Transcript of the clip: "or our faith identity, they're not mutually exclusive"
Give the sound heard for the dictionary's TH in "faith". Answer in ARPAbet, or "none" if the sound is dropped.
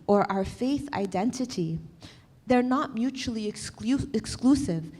TH